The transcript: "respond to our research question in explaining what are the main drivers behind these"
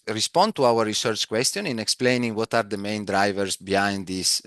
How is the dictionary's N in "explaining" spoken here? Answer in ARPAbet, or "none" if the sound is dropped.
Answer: N